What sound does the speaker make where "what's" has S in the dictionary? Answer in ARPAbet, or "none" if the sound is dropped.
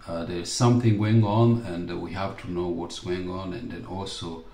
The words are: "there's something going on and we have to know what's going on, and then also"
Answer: S